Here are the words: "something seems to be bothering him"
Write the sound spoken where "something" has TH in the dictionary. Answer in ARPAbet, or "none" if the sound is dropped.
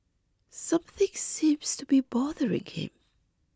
TH